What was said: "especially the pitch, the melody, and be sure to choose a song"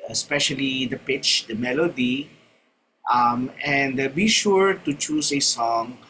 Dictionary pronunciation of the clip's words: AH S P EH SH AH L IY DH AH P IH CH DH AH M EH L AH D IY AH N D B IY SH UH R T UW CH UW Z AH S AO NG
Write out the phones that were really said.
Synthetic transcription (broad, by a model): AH S P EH SH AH L IY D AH P IH CH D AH M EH L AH D IY AH N D B IY SH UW R T UW CH UW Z AH S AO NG